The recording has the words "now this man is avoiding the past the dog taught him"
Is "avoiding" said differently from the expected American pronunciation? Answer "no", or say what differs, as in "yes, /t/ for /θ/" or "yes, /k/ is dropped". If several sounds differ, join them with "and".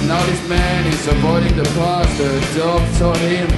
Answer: yes, /p/ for /v/